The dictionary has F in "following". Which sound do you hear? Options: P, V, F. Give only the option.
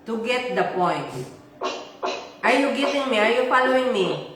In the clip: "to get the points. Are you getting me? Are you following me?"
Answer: P